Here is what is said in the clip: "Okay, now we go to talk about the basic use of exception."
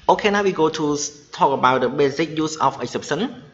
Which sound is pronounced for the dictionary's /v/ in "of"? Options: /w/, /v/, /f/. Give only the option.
/f/